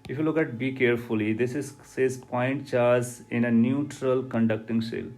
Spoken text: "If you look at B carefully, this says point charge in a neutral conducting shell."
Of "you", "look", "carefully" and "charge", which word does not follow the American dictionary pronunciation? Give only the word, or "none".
charge